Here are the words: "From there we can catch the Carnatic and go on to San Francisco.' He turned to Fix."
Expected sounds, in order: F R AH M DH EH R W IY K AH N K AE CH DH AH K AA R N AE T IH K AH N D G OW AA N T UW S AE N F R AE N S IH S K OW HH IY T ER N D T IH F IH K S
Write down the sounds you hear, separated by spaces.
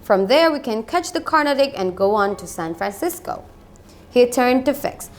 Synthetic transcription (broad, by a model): F R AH M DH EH R W IY K AH N K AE CH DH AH K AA R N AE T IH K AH N G OW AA N T UW S AE N F R AE N S IH S K OW HH IY T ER N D T IH F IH K S